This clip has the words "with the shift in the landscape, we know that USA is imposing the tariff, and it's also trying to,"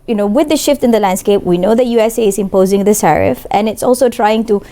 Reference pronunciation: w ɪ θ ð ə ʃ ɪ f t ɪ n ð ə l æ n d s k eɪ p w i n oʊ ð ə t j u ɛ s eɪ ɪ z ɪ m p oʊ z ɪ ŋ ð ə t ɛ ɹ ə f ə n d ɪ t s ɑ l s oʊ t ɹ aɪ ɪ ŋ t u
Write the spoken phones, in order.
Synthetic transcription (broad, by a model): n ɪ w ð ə ʃ ɪ f t ɪ n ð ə l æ n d s k eɪ p w i n oʊ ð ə t j u ɛ s eɪ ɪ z ɪ m p oʊ z ɪ ŋ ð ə s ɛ ɹ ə f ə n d ɪ t s ɑ l s oʊ t ɹ aɪ ɪ ŋ t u